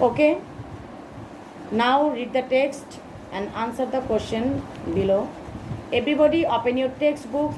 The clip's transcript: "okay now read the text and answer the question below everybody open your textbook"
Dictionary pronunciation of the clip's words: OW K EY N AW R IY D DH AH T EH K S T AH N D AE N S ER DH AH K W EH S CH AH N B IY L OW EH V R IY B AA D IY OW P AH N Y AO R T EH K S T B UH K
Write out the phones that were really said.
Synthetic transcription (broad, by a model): OW K EY N AW R IY D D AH T EH K S T AH N D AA N S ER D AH K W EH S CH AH N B IY L OW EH B R IY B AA D IY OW P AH N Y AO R T EH K S T B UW K